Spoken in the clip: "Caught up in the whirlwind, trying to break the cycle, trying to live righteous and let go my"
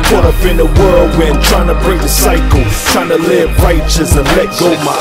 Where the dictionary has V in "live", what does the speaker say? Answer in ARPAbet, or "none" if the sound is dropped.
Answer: B